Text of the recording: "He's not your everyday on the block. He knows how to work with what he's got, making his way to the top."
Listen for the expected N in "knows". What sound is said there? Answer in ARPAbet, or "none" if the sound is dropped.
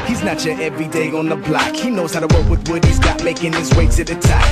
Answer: N